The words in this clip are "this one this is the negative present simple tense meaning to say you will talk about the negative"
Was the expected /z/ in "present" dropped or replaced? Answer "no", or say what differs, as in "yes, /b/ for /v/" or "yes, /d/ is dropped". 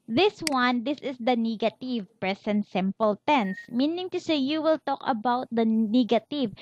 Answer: yes, /s/ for /z/